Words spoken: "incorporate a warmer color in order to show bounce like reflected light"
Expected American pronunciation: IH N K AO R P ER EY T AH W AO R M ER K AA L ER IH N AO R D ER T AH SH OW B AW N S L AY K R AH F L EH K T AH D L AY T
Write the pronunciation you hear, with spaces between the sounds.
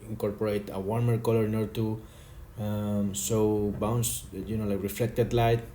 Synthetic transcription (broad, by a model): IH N K AO R P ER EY T AH W AO R M ER K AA L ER IH N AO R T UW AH S OW B AW N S L AY K R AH F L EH K T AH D L AY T